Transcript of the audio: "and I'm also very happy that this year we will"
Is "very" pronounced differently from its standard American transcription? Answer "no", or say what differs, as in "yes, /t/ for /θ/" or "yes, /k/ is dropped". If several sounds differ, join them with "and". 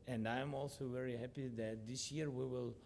no